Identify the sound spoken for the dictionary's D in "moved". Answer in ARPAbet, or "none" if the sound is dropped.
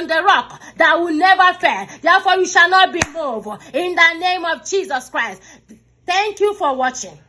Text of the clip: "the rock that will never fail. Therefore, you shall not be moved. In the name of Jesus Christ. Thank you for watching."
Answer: none